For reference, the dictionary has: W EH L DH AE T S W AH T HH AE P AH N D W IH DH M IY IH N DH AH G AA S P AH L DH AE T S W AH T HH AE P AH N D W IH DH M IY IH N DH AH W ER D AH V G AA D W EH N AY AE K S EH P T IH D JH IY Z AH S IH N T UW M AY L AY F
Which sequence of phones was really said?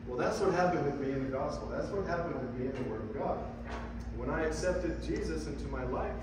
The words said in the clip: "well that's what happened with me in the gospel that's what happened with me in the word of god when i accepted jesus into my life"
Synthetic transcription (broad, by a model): W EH L DH AE T S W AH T HH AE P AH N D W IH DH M IY IH N DH AH G AA S P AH L DH AE T S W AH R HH AE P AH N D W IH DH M IY IH N DH AH W ER D AH V G AA D W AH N AY AE K S EH P T IH D JH IY Z AH S IH N T UW M AY L AY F